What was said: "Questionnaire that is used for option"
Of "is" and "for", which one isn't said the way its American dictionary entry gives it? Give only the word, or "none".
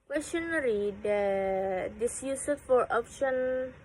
is